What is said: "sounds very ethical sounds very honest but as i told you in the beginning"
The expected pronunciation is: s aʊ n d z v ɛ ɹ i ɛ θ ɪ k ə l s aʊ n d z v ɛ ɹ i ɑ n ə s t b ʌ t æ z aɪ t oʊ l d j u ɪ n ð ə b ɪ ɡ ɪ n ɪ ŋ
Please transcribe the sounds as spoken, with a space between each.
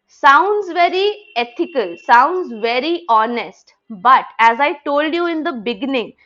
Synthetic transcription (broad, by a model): s aʊ n d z v ɛ ɹ i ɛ t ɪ k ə l s aʊ n d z v ɛ ɹ i ɑ n ə s t b ʌ t æ z aɪ t oʊ l d j u ɪ n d ə b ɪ ɡ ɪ n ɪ ŋ